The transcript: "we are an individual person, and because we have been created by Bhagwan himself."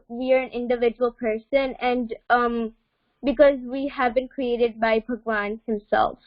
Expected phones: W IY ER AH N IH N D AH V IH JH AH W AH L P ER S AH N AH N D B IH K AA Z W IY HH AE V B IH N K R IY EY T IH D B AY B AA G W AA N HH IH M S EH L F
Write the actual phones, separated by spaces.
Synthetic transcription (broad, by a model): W IY ER AH N IH N D AH V IH JH AH W AH L P ER S AH N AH N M B IH K AA Z W IY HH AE V B IH N K R IY EY T IH D B AY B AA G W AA N HH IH M S EH L F